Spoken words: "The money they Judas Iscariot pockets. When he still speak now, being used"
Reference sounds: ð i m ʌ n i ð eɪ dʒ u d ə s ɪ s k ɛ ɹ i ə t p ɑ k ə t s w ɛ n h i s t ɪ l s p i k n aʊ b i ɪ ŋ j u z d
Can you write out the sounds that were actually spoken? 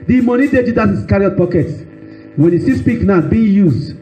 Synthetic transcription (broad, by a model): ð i m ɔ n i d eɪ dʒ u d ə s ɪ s k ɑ ɹ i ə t p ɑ k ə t w ɛ n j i s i s p i k n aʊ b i j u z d